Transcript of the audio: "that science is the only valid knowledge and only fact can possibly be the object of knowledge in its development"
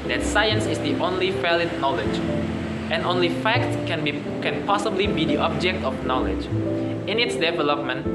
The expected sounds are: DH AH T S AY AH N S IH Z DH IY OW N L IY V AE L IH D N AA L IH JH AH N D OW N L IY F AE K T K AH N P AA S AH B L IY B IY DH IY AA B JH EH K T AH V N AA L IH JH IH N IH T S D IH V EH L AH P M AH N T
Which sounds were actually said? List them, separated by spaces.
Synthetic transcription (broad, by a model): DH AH T S AY AH N S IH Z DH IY OW N L IY F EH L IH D N AA L IH JH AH N OW N L IY F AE K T K AH N P AA S AH B L IY B IY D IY AA B JH EH K T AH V N AA L IH JH IH N IH T S D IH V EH L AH P M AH N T